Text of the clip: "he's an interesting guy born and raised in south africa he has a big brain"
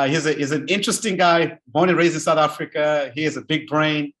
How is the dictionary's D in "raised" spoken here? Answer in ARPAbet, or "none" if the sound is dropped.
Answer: none